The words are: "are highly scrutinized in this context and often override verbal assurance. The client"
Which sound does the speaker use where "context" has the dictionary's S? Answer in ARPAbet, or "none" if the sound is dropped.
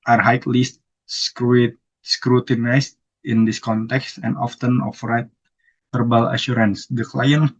S